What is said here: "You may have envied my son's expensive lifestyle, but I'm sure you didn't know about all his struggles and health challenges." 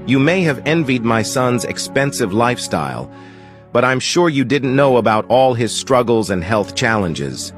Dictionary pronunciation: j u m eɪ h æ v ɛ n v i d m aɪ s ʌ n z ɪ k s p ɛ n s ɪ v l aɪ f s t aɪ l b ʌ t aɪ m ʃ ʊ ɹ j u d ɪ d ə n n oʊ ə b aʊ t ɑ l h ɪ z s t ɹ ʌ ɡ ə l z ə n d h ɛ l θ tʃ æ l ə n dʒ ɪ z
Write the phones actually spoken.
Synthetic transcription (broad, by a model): j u m eɪ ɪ v ɛ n v i d m aɪ s ʌ n z ɪ k s p ɛ n s ɪ v l aɪ f s t aɪ l b ʌ t aɪ m ʃ ʊ ɹ j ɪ d ɪ d n n oʊ ə b aʊ t ɑ l ɪ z s t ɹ ʌ ɡ l z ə n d h ɛ l θ tʃ æ l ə n dʒ ɪ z